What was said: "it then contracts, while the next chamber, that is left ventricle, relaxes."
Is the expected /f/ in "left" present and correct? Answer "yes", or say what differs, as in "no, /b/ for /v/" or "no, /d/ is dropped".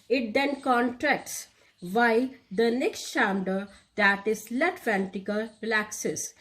no, /f/ is dropped